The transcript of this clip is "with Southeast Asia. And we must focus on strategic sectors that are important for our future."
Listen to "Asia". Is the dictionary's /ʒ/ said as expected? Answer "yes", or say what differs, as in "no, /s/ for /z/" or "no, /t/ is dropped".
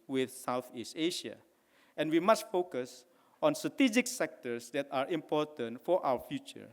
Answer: no, /ʃ/ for /ʒ/